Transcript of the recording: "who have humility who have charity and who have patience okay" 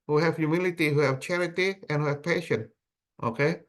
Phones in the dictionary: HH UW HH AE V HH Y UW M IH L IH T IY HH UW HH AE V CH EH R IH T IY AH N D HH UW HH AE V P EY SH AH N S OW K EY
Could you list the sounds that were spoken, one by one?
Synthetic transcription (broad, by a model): HH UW HH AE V Y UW M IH L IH T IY HH UW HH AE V CH EH R IH T IY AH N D HH UW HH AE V P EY SH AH N OW K EY